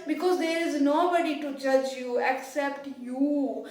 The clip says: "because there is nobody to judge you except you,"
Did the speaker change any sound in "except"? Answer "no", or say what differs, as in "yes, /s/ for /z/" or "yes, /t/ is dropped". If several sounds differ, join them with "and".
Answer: no